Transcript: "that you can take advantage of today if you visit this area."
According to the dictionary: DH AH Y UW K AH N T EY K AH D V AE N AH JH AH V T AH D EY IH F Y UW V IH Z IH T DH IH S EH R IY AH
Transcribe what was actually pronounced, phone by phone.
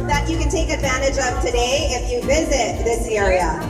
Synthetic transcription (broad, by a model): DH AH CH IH K AH N T EY K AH D V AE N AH JH AH V T AH D EY IH F Y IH V IH Z IH T DH IH S EH R IY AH